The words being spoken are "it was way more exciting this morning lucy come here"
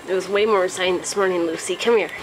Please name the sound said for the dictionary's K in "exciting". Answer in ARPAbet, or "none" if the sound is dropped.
none